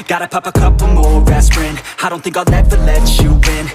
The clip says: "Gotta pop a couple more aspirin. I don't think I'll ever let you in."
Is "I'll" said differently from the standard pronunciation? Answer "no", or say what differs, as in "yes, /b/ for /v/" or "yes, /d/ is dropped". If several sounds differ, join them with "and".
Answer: yes, /n/ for /l/